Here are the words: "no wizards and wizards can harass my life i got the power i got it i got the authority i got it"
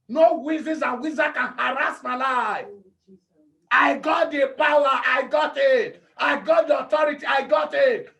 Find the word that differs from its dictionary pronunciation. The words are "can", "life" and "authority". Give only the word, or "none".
authority